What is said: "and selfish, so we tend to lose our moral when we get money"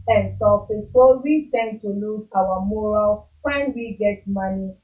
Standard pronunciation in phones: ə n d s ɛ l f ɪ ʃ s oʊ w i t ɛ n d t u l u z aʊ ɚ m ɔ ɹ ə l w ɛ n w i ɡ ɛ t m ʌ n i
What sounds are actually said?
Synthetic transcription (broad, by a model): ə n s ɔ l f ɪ s s oʊ w i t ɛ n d t u l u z aʊ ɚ m ɔ ɹ ə l w ɛ n w i ɡ ɛ t m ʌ n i